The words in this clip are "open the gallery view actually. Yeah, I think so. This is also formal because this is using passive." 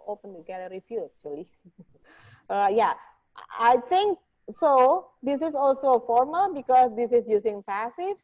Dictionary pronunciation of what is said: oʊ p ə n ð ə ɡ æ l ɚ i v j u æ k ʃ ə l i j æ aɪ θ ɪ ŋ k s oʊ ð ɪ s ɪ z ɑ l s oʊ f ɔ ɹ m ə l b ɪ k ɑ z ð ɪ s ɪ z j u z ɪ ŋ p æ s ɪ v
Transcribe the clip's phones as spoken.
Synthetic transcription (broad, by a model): oʊ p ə n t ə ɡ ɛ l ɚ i f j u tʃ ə l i j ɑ aɪ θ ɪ ŋ k s oʊ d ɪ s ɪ s ɑ l s oʊ f ɔ ɹ m ə l b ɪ k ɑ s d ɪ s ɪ s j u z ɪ ŋ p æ s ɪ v